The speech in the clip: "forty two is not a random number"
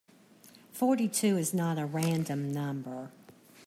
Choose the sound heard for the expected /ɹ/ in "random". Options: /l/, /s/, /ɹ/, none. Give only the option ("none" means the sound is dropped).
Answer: /ɹ/